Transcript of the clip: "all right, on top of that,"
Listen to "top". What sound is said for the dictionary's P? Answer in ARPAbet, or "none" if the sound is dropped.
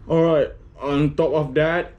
P